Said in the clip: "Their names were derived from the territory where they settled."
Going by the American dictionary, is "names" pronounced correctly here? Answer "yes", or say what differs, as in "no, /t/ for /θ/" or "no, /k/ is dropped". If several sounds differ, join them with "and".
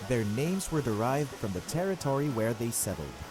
yes